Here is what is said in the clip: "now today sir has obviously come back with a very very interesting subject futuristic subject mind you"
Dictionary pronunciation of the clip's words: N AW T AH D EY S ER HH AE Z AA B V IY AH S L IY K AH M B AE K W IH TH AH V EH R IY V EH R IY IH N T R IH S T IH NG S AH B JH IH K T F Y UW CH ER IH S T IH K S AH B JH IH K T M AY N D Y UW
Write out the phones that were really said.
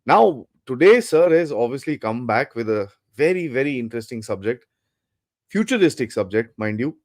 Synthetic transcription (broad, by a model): N AW T AH D EY S ER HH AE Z AA B V IY AH S L IY K AH M B AE K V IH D AH V EH R IY V EH R IY IH N T R IH S T IH NG S AH B JH IH K T F Y UW CH ER IH S T IH K S AH B JH IH K T M AY N D Y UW